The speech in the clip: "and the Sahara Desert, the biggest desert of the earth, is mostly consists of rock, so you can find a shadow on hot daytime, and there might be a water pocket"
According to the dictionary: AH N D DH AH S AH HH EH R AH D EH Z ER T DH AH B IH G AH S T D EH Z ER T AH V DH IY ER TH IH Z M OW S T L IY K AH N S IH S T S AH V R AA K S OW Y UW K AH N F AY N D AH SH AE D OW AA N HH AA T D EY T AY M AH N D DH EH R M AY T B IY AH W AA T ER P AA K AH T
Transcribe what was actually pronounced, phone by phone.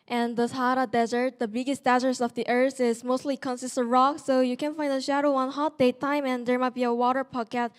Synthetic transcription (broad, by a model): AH N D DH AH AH HH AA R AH D EH Z ER T DH AH B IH G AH S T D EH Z ER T AH V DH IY ER TH IH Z M OW S T L IY K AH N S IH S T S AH R AA K S OW Y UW K AH N F AY N D AH SH AE D OW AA N HH AA T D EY T AY M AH N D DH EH R M AY T B IY AH W AA T ER P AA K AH T